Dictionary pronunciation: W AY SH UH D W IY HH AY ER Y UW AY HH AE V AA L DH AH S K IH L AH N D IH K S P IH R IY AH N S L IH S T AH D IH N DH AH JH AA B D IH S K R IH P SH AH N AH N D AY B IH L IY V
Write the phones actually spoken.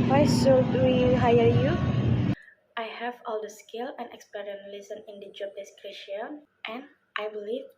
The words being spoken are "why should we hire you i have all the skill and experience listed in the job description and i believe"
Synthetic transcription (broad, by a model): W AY S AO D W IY HH AY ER Y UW AY HH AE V AA L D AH S K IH L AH N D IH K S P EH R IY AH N L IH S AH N IH N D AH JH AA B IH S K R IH SH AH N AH N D AY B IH L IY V